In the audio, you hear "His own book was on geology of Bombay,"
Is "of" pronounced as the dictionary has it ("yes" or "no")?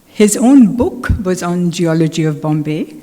yes